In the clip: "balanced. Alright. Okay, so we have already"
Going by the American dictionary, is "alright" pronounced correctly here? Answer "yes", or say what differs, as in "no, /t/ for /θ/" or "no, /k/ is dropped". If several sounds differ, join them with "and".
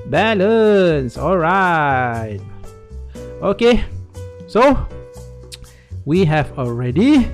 yes